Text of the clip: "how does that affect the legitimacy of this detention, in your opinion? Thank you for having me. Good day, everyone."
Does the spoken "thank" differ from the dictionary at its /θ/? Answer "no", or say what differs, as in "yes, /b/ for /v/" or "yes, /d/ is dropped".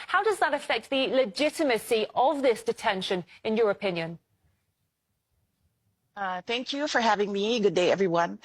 no